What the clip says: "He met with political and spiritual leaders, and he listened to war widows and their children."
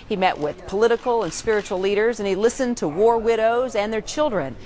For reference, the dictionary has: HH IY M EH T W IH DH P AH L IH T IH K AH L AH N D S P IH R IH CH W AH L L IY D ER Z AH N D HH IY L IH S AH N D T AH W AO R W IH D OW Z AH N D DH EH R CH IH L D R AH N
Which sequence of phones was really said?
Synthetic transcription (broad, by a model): HH IY M EH T W IH DH P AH L IH T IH K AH L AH N S P IH R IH CH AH L L IY D ER Z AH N IY L IH S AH N T AH W AO R W IH D OW Z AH N DH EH R CH IH L D R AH N